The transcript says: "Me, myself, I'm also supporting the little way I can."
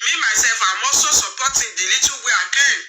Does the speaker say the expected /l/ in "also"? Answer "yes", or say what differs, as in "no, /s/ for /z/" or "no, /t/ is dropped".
no, /l/ is dropped